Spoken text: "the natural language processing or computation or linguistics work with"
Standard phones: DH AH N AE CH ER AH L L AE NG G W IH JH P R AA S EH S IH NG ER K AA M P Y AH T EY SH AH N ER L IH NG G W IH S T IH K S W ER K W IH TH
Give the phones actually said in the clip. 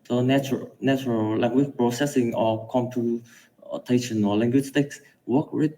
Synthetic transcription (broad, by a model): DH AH N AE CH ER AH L L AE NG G W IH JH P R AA S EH S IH NG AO K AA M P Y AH T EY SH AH N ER L IH NG G W IH S T IH K S W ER K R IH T